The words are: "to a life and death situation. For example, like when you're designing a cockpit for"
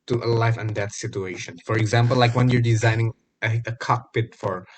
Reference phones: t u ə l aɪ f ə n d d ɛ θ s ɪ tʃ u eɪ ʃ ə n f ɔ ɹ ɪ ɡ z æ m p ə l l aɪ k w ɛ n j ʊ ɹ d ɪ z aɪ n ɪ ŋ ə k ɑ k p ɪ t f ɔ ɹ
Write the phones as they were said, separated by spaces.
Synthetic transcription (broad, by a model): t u ə l aɪ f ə n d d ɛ t s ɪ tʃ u eɪ ʃ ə n f ɔ ɹ ɪ ɡ z æ m p ə l l aɪ k w ɛ n j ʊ ɹ d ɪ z aɪ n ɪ ŋ ə k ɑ k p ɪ t f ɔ ɹ